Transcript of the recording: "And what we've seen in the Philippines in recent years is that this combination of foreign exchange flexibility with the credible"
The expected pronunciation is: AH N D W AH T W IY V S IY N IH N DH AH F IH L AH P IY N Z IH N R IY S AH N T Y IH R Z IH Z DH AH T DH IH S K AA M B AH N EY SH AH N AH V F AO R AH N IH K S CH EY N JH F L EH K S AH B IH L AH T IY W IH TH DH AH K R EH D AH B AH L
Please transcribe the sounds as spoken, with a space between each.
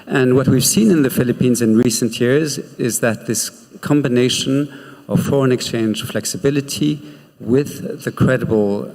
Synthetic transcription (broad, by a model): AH N W AH T W IY V S IY N IH N DH AH F IH L AH P IY N Z IH N R IY S AH N T Y IH R Z IH Z DH AH T DH IH S K AA M B AH N EY SH AH N AH V F AO R AH N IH K S CH EY N JH F L EH K S AH B IH L AH T IY W IH DH AH K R EH D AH B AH L